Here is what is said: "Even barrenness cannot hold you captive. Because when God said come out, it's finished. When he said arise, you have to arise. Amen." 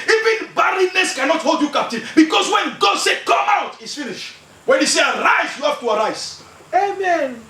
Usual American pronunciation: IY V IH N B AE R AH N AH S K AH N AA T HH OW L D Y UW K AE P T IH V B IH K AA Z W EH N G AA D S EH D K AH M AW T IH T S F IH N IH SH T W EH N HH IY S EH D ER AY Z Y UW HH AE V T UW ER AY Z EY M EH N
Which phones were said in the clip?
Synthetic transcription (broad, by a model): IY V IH N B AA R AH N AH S K AH N AA T HH OW L D Y UW K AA P T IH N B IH K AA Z W EH N G AA D S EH K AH M AW T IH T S F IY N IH SH W EH N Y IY S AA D AY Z Y UW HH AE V T UW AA AY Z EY M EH N